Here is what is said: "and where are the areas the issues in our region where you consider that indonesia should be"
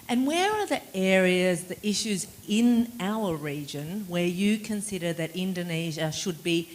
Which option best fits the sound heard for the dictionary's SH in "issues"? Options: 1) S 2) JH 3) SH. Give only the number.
3